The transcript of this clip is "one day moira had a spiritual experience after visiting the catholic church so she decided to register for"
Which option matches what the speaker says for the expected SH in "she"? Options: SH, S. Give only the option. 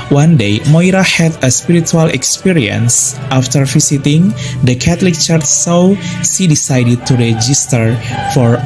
S